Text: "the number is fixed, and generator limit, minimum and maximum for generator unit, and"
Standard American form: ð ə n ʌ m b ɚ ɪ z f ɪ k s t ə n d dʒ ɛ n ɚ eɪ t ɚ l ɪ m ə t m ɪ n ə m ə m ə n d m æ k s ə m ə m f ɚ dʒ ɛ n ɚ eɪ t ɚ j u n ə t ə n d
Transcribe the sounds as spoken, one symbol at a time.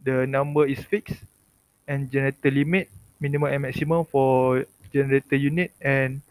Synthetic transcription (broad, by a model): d ə n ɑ m b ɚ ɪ s f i k s ə n dʒ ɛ n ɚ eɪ t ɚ l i m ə t m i n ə m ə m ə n m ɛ k s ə m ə m f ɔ dʒ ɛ n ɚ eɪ t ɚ j u n ə t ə n